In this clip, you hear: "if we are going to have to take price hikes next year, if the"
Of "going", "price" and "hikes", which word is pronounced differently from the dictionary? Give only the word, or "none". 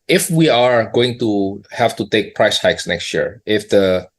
none